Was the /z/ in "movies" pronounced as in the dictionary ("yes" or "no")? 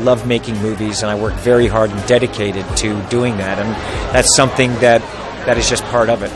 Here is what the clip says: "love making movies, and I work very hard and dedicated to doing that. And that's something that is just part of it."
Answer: yes